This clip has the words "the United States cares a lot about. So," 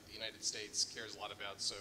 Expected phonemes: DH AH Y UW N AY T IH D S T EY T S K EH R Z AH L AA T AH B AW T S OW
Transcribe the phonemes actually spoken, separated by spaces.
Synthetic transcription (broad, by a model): DH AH Y UW N AY T IH D S T EY T S K EH R Z AH L AA T AH B AW T S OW